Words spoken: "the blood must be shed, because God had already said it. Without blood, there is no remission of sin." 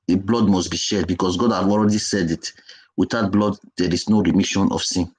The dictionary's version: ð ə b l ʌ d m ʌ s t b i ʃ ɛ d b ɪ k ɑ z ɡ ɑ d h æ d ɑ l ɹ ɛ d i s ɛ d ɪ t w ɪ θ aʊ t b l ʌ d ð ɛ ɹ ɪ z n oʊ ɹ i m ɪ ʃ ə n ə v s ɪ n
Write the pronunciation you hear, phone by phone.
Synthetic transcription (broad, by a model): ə b l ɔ d m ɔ s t b i ʃ ɛ d b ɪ k ɑ s ɡ ɑ d h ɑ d ɑ l ɹ ɛ d i s ɛ d ɪ t w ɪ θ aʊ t b l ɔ d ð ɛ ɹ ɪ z n oʊ ɹ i m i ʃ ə n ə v s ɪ n